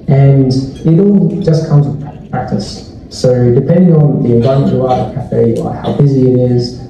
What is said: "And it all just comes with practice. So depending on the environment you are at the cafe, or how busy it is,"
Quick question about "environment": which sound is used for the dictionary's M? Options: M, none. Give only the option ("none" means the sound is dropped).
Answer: none